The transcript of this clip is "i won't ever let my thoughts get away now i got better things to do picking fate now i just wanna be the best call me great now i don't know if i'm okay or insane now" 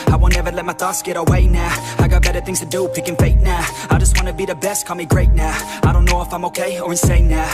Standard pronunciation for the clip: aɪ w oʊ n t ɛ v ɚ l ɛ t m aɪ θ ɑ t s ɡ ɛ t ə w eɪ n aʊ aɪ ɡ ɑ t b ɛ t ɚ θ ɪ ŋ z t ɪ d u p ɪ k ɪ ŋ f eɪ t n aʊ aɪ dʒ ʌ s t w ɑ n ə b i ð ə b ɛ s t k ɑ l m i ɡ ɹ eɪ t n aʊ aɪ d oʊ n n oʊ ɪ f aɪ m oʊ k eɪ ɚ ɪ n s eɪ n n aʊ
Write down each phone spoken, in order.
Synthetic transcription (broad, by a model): aɪ w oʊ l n ɛ v ɚ l ɛ t m aɪ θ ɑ s ɡ ɛ t ə w eɪ n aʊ aɪ ɡ ɑ t b ɛ t ɚ θ ɪ ŋ z t ɪ d u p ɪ k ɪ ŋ f eɪ t n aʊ aɪ dʒ ʌ s t w ɑ n ə b i ð ə b ɛ s t k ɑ m i ɡ ɹ eɪ t n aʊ aɪ d oʊ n n oʊ ɪ f aɪ m oʊ k eɪ ɚ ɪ n s eɪ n n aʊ